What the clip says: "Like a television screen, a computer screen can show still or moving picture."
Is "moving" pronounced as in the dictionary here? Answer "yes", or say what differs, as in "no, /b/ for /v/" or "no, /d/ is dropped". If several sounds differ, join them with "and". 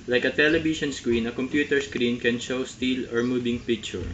no, /b/ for /v/